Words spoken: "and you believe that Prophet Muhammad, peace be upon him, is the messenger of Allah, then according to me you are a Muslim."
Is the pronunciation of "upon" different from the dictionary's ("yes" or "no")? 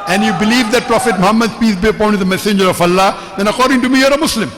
yes